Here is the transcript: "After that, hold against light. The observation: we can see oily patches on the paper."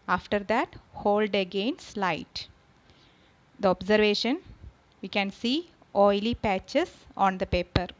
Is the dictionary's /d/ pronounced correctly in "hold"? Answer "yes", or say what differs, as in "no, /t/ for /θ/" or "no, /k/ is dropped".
yes